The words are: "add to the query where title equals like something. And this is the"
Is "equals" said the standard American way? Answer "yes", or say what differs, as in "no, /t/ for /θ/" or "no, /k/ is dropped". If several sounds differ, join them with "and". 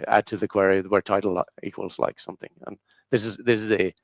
yes